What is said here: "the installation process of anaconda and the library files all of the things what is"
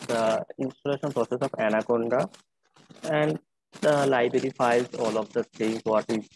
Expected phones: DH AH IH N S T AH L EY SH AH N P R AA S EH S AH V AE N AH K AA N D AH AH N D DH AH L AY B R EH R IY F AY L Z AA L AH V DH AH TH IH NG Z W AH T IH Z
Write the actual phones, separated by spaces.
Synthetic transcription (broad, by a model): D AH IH N S T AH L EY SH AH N P R AA S EH S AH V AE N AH K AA N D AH AH N D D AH L AY B R EH R IY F AY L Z AA L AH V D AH S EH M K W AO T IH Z